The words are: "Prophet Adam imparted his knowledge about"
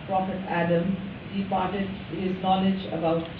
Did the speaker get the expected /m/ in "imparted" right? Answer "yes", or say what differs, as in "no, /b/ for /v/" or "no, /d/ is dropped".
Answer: no, /m/ is dropped